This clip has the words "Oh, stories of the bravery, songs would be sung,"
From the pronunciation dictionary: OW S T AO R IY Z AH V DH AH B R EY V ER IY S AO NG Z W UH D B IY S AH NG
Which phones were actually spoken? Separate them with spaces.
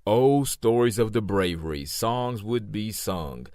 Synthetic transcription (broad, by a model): OW S T AO R IY Z AH V DH AH B R EY V ER IY S AO NG Z W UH D B IY S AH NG